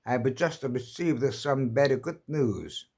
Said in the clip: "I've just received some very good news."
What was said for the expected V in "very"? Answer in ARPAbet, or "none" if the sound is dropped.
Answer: B